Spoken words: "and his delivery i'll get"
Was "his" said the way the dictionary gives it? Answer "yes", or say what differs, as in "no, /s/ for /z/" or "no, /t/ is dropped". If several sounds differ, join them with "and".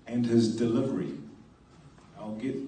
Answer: yes